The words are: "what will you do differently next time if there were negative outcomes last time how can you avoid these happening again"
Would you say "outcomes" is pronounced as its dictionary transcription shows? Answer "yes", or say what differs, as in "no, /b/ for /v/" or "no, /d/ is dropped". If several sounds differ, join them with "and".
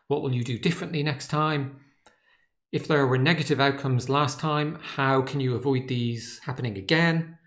yes